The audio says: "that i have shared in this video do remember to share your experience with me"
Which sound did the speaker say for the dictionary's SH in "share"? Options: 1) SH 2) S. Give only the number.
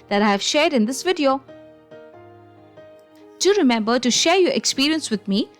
1